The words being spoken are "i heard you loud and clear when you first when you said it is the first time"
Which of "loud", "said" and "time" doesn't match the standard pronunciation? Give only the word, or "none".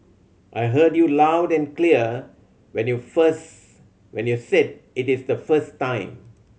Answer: none